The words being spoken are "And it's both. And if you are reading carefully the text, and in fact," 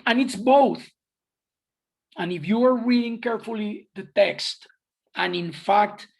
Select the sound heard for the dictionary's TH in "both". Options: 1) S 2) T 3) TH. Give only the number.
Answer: 3